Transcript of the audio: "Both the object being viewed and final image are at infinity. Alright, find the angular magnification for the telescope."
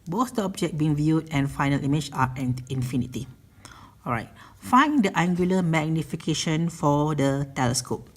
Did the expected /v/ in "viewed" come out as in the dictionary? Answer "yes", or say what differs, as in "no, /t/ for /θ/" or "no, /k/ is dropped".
yes